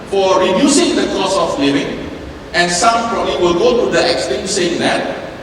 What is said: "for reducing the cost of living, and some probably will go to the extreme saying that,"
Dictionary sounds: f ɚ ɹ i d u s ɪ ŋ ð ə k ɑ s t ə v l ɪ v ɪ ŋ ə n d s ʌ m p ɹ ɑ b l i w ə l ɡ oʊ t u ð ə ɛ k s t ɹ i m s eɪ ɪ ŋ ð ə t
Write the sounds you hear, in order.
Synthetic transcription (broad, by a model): f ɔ ɹ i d u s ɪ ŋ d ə k ɑ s ə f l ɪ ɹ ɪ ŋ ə n s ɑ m f ɹ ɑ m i w ə l ɡ oʊ t u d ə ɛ k s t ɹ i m s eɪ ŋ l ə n